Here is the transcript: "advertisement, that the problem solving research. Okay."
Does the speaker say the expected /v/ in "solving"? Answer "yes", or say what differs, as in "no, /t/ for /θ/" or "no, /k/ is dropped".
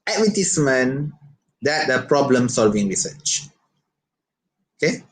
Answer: yes